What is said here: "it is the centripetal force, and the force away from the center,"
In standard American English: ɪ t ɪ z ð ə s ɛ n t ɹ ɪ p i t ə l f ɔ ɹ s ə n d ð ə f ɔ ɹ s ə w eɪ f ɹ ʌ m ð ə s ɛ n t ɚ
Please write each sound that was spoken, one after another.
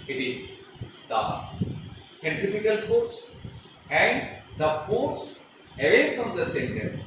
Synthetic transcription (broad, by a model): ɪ t ɪ z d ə s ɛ n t ɪ f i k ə l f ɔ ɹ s ə n d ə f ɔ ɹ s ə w eɪ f ɹ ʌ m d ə s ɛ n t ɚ